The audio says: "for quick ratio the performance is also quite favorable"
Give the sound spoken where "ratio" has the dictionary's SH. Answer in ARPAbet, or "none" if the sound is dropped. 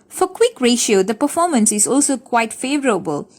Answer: SH